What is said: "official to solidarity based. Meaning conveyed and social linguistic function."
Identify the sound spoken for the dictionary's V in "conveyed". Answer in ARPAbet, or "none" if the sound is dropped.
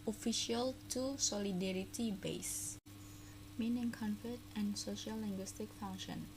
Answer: F